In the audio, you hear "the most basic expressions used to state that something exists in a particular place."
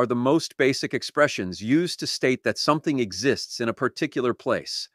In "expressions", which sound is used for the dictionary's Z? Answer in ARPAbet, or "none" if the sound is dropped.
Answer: Z